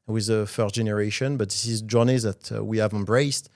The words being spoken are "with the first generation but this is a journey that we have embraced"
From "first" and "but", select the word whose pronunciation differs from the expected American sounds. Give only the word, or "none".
first